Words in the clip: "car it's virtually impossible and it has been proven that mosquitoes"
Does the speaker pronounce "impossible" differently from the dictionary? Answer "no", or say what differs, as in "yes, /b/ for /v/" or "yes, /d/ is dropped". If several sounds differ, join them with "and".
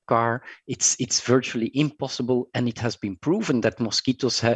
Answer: no